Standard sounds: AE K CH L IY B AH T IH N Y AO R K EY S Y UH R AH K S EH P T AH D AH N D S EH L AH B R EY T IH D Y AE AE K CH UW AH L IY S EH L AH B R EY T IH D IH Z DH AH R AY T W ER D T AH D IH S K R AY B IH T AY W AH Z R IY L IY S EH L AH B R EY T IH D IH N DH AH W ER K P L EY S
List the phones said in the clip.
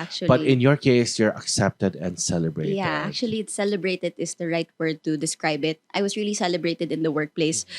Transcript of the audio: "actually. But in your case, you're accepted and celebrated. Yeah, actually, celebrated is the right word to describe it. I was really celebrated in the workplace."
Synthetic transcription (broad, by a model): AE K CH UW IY B AH T IH N Y AO R K EY S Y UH R AH K S EH P T AH D AH N D S EH L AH B R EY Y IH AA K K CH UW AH L IY S EH L AH B R EY T IH D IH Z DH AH R AY T W ER D T AH D IH S K R AY B IH T AY W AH S R IY L IY S EH L AH B R EY T IH D IH N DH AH W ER K P L EY S